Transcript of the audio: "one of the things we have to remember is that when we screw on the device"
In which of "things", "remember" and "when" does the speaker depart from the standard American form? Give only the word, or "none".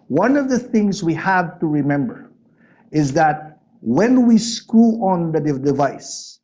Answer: none